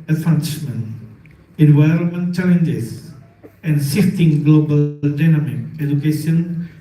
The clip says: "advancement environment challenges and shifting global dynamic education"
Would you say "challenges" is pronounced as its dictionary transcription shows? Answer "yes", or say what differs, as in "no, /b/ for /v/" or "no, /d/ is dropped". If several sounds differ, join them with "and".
no, /s/ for /z/